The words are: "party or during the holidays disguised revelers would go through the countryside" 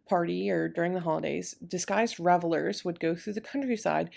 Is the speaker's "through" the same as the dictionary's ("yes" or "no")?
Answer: yes